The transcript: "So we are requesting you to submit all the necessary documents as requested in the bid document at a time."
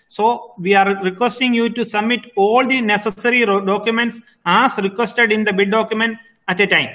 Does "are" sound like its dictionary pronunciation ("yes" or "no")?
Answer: yes